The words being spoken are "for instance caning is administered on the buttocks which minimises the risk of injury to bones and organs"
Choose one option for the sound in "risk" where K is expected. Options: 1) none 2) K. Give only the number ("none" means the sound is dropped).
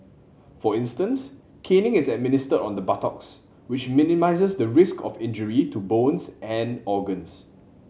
2